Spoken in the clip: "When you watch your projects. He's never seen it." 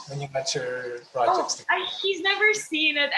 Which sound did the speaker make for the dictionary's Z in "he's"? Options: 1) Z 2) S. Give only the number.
1